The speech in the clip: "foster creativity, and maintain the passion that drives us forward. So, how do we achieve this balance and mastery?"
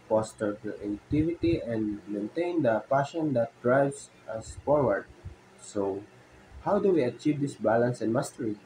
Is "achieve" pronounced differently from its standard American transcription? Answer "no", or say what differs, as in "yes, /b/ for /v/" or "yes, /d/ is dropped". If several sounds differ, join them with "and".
no